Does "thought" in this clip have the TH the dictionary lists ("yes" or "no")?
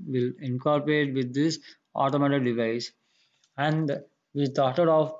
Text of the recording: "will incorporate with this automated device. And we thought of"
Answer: no